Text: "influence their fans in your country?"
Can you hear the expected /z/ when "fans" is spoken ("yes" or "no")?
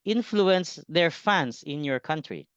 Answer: no